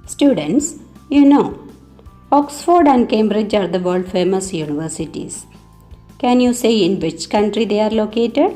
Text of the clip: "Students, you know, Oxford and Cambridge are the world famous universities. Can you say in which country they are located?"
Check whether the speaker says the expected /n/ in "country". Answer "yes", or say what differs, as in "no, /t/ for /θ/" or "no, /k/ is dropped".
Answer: yes